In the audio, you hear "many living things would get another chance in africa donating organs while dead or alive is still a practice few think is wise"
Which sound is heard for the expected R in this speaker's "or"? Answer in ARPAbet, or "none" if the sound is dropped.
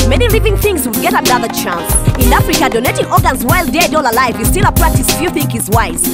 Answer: L